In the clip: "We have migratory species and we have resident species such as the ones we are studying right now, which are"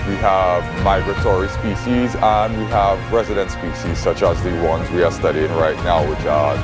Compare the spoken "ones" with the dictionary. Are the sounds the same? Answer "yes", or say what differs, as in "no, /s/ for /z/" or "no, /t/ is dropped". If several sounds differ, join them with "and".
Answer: yes